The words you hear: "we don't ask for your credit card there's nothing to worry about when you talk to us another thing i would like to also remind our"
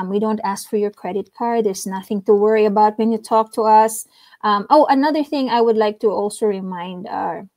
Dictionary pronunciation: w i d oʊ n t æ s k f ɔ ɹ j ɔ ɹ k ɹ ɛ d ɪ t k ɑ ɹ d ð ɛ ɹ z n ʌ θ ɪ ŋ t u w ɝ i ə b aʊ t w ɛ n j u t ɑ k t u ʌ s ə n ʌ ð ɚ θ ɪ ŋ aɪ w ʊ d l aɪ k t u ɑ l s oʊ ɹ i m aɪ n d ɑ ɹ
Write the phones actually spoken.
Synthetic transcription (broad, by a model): w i d oʊ n t æ s k f ɔ ɹ j ɔ ɹ k ɹ ɛ d ɪ t k ɑ ɹ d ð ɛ ɹ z n ʌ θ ɪ ŋ t u w ɝ i ə b aʊ t w ɛ n j u t ɑ k t u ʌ s ə n ʌ ð ɚ θ ɪ ŋ aɪ w ʊ d l aɪ k t u ɑ l s oʊ ɹ i m aɪ n d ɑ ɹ